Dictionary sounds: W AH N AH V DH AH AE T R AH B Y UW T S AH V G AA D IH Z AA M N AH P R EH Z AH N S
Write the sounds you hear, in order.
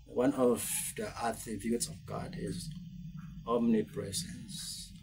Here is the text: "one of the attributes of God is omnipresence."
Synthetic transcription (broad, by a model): W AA N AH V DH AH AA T AH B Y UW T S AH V G AA D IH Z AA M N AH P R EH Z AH N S